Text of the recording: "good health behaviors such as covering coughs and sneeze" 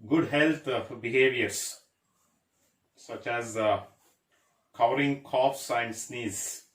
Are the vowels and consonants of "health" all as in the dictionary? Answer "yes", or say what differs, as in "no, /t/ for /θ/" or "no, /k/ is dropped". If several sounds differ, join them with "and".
no, /f/ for /θ/